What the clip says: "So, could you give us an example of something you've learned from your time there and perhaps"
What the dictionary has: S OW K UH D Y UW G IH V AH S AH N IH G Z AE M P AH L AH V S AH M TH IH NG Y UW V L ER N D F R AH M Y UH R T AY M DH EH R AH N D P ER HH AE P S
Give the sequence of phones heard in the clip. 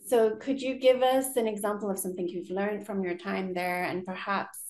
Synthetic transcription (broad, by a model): S OW K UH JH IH G IH V AH S AH N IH G Z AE M P L AH V S AH M TH IH NG Y UW V L ER N D F R AH M Y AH R T AY M DH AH R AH N P ER HH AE P S